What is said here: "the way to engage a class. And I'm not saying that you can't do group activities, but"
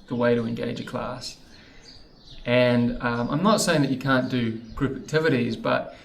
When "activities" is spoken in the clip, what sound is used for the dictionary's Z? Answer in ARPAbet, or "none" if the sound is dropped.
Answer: Z